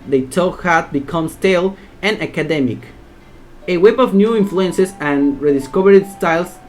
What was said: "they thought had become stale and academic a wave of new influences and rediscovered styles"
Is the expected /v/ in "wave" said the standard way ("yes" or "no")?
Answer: no